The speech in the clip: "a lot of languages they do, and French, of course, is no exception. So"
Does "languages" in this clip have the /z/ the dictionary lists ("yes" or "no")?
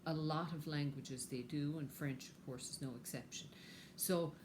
yes